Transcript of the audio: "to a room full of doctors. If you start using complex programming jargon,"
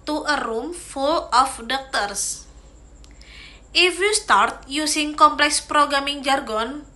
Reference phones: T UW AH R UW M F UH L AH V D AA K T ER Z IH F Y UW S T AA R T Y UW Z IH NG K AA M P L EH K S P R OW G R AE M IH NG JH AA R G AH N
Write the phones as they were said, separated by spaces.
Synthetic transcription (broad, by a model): T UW AH R UW M F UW L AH F D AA K T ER S IH F Y UW S T AA R T Y UW S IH NG K AA M P L EH K S P R OW G R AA M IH NG JH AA R G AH N